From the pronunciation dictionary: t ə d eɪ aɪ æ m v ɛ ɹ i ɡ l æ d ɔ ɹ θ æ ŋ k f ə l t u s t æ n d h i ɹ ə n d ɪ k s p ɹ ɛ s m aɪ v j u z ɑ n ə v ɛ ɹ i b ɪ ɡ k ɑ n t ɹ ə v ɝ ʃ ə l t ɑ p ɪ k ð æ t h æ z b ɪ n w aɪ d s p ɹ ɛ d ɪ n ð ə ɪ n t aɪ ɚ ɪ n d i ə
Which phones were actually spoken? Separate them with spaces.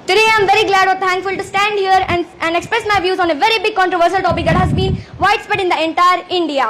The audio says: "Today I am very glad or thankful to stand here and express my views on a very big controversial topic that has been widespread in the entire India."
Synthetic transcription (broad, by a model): t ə d eɪ aɪ m v ɛ ɹ i ɡ l æ d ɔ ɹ t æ ŋ k f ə l t u s t æ n d h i ɹ ə n d ɪ k s p ɹ ɛ s m aɪ v j u z ɑ n ə v ɛ ɹ i b ɪ ɡ k ɑ n t ɹ ə v ɝ ʃ ə l t ɑ p ɪ k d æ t h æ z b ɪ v aɪ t s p ɛ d ɪ n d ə ɪ n t aɪ ɚ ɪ n d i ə